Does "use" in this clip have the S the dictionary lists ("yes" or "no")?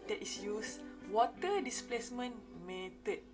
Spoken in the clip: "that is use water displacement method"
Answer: yes